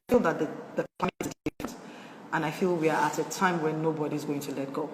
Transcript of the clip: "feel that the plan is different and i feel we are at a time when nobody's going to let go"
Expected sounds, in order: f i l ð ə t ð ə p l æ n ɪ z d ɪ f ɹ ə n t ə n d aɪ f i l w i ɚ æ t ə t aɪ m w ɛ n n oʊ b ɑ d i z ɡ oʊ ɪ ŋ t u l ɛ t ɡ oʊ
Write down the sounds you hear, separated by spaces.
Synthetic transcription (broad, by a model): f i l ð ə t ð ə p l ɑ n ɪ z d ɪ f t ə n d aɪ f i l w i ɚ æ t ə t aɪ m w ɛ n n oʊ b ɑ d i z ɡ oʊ ɪ ŋ t u l ɛ t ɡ oʊ